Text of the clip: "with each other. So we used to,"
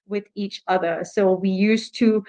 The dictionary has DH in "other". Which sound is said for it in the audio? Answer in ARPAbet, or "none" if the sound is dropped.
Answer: DH